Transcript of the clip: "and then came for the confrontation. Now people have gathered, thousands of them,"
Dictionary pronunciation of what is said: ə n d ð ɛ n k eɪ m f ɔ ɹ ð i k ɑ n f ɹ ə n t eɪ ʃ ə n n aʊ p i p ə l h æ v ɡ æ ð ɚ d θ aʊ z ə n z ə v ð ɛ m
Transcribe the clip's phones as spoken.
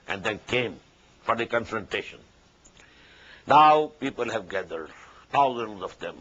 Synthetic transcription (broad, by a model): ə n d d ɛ n k eɪ m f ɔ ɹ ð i k ɑ n f ɹ ə n t eɪ ʃ ə n n aʊ p i p ə l h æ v ɡ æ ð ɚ d t aʊ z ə n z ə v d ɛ m